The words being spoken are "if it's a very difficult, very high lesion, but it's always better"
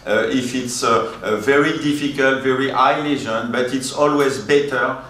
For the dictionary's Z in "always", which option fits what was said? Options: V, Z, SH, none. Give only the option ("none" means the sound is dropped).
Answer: Z